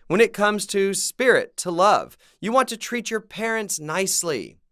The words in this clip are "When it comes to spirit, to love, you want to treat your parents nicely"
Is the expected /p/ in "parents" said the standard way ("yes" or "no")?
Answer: yes